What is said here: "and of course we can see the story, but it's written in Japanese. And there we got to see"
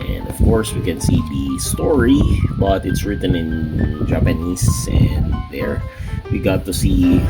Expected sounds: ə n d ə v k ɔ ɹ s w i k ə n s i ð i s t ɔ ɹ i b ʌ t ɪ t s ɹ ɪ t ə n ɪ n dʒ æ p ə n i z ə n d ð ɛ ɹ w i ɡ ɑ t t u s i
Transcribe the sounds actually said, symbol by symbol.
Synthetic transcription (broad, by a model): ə n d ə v k ɔ ɹ s w i k ə n s i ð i s t ɔ ɹ i b ʌ t ɪ t s ɹ ɪ t ə n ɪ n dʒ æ p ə n i s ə n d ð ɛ ɹ w i ɡ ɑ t t u s i